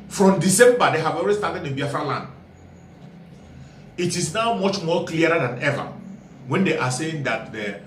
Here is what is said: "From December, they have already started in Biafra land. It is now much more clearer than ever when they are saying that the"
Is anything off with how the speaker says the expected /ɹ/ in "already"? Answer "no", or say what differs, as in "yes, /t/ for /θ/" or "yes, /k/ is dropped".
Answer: yes, /l/ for /ɹ/